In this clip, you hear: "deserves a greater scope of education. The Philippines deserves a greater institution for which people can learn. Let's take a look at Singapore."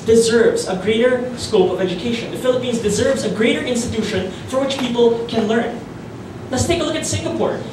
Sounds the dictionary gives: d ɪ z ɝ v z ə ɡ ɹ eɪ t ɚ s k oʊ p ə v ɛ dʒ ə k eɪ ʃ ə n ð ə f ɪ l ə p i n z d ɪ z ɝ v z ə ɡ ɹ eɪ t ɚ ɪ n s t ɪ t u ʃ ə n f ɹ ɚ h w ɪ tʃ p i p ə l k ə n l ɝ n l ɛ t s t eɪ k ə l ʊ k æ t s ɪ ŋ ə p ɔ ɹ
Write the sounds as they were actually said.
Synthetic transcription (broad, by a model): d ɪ z ɝ v z ə ɡ ɹ eɪ t ɚ s k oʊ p ə v ɛ dʒ ə k eɪ ʃ ə n ð ə f ɪ l ə p i n z d ɪ z ɝ v z ə ɡ ɹ eɪ t ɚ ɪ n s t ɪ t u ʃ ə n f ɹ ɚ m w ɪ tʃ p i p l k ə n l ɝ n l ɛ t s t eɪ k ə l ʊ k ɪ t s ɪ ŋ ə p ɔ ɹ